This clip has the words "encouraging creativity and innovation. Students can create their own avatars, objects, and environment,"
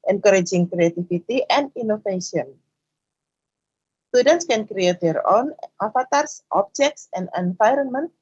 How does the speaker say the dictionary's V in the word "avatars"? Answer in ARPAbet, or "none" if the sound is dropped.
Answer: F